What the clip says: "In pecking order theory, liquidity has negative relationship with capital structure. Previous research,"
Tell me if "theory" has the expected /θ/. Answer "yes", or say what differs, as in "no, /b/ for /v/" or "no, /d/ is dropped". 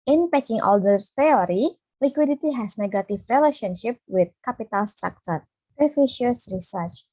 no, /s/ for /θ/